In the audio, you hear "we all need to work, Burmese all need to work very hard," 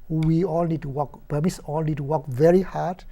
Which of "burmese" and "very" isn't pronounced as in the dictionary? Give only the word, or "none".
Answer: burmese